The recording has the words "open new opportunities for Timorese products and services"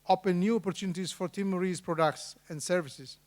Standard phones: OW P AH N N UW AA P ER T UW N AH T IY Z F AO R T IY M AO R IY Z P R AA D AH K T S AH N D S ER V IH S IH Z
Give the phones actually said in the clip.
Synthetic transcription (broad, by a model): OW P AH N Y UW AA P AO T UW N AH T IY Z F AO R T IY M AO R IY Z P R AA D AH K T S AH N D S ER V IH S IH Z